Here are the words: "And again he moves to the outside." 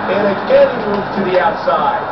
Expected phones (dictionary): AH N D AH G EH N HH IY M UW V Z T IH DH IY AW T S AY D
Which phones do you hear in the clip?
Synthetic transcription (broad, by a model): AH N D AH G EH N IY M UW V T IH DH IY AW T S AY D